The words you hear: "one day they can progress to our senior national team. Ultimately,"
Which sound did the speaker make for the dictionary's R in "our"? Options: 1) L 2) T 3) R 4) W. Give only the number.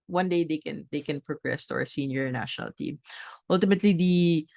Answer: 3